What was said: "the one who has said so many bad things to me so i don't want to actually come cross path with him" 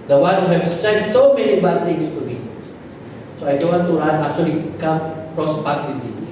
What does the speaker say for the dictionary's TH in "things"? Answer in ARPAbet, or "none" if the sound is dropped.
T